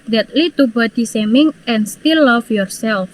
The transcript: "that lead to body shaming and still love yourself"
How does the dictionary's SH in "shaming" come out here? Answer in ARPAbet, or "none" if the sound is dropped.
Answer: S